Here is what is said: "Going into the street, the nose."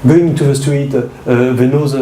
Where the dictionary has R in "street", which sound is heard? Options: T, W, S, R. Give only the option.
W